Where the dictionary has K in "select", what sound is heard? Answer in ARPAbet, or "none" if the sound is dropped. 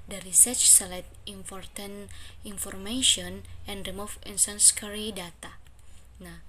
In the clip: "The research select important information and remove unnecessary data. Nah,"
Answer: none